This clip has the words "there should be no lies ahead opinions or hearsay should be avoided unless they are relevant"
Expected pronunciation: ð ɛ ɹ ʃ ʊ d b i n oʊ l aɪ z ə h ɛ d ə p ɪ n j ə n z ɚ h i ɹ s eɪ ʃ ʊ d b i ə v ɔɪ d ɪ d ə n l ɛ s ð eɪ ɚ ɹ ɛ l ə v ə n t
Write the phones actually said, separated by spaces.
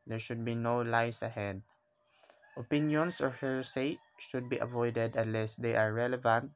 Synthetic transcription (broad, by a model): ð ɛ ɹ ʃ ʊ d b i n oʊ l aɪ s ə h ɛ d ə p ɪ n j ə n s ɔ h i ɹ s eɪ ʃ ʊ d b i ə v ɔɪ d ɪ d ə n l ɛ s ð eɪ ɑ ɹ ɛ l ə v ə n t